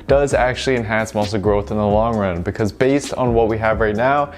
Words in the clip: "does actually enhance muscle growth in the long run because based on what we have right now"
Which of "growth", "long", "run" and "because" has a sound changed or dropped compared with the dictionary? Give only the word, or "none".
none